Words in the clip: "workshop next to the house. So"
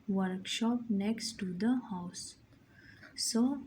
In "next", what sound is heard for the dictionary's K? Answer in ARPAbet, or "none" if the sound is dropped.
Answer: K